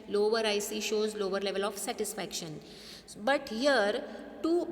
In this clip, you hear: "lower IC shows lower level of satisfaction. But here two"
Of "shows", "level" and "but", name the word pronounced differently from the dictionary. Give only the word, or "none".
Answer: none